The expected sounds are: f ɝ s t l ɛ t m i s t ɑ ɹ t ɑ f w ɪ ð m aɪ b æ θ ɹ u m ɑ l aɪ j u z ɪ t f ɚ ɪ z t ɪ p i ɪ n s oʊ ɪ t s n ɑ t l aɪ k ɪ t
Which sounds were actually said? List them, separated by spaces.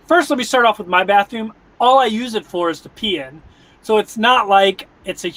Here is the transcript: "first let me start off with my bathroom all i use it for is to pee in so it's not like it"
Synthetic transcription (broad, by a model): f ɝ s t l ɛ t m i s t ɑ ɹ t ɑ f w ɪ ð m aɪ b æ θ ɹ u m ɑ l aɪ j u z ɪ t f ɚ ɪ z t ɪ p i ɪ n s oʊ ɪ t s n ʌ t l aɪ k ɪ t